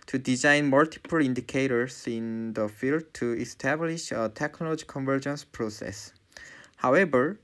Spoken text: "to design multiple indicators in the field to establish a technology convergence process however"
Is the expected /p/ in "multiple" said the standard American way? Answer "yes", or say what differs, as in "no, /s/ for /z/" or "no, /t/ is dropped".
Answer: yes